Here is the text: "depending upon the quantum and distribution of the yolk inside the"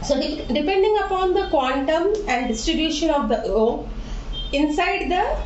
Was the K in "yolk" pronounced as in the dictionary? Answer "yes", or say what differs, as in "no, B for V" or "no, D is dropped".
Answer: no, K is dropped